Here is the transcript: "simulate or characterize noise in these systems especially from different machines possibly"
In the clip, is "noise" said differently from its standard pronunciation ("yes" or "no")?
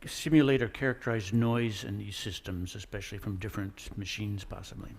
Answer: no